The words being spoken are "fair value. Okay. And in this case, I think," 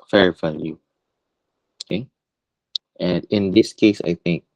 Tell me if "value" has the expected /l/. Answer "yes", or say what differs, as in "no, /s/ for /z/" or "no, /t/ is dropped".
no, /n/ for /l/